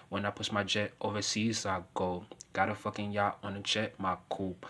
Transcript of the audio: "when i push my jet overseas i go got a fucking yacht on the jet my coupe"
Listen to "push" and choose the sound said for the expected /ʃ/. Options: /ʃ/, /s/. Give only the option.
/s/